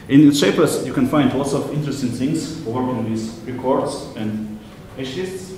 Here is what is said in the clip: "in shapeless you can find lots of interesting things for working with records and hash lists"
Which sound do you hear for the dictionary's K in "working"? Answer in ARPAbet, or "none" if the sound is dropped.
none